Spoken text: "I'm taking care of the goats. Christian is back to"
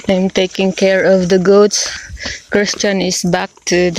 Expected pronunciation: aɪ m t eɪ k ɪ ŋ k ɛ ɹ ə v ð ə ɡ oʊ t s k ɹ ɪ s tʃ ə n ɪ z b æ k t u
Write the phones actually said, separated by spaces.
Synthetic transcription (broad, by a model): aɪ m t eɪ k ɪ ŋ k ɛ ɹ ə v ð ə ɡ oʊ t s k ɹ ɪ s tʃ ə n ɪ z b æ k t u